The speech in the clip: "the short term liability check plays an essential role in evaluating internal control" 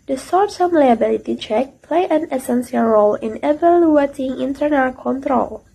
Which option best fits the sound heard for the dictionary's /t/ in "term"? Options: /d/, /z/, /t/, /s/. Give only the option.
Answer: /s/